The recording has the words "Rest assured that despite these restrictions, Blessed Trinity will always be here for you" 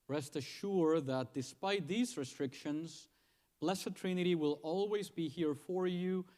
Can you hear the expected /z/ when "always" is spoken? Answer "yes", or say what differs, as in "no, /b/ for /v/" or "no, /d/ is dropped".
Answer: yes